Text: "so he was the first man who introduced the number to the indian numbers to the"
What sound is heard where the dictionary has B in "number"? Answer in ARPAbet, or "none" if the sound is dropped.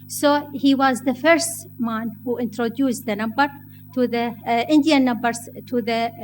B